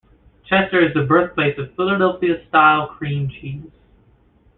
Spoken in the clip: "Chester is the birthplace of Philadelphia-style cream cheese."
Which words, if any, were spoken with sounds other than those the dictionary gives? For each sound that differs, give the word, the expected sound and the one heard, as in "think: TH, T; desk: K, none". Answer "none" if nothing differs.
none